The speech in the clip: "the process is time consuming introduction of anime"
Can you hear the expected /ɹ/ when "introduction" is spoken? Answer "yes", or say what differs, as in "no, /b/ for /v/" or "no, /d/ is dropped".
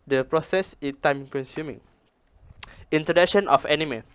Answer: no, /ɹ/ is dropped